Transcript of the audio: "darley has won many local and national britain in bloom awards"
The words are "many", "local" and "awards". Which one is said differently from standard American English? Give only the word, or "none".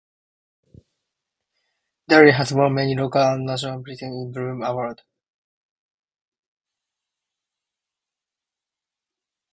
awards